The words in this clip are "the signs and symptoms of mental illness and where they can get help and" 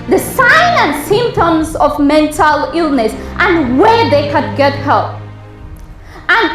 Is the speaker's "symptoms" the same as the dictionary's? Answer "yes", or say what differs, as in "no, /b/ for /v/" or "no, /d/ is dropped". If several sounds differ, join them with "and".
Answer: yes